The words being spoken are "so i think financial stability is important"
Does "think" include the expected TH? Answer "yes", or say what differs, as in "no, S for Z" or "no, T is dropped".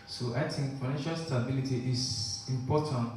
no, T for TH